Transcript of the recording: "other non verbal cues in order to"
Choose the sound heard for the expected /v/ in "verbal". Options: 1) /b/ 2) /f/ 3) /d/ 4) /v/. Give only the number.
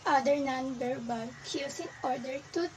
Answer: 1